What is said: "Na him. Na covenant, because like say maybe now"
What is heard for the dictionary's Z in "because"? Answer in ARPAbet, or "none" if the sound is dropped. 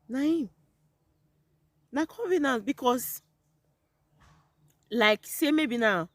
S